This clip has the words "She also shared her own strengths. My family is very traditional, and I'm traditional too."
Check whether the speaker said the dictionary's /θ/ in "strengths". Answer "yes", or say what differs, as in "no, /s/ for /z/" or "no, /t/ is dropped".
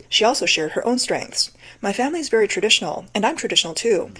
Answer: yes